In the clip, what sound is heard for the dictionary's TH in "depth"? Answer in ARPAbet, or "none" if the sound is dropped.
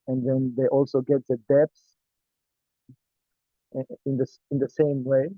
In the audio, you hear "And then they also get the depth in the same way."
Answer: S